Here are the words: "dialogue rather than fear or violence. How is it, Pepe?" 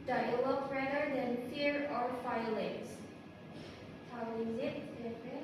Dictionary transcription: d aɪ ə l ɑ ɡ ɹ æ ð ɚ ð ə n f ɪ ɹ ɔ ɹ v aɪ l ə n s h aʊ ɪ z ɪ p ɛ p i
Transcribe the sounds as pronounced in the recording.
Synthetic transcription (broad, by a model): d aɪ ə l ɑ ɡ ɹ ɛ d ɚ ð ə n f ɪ ɹ ɔ ɹ f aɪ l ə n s h aʊ ɪ z ɪ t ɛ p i